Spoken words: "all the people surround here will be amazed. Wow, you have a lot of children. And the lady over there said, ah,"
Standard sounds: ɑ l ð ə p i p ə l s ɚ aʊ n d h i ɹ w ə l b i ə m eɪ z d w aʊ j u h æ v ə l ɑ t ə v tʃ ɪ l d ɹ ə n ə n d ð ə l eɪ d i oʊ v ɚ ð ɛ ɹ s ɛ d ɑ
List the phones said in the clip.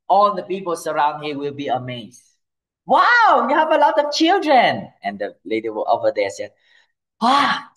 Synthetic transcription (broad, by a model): ɑ l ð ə p i p ə l s ɚ aʊ n d h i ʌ w ə l b i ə m eɪ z w aʊ j u h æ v ə l ɑ t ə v tʃ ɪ l d ɹ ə n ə n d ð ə l eɪ d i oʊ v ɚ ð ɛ s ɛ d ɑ